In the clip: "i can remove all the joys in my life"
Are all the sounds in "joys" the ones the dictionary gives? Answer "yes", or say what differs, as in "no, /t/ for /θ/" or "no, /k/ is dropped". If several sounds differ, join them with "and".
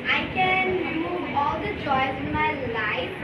no, /tʃ/ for /dʒ/